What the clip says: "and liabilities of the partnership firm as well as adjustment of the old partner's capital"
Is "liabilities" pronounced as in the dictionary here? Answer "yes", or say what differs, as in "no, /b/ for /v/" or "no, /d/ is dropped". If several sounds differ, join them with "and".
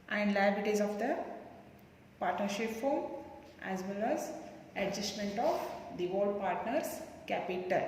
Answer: no, /b/ is dropped